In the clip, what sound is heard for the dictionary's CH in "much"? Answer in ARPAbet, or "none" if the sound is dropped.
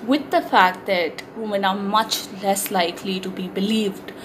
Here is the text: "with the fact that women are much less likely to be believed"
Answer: CH